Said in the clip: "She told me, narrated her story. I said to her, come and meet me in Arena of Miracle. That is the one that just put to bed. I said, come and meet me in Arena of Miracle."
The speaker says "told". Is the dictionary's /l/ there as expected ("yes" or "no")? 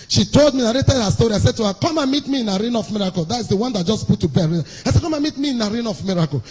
yes